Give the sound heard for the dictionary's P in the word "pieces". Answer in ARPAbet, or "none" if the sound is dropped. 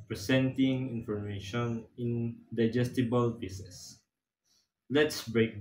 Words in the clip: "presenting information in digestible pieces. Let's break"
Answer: B